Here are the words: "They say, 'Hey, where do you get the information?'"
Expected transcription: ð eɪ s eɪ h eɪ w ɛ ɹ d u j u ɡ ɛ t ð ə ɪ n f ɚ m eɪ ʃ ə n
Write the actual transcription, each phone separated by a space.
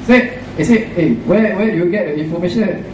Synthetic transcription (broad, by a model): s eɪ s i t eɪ w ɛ w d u j u ɡ ɛ t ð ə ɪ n f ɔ m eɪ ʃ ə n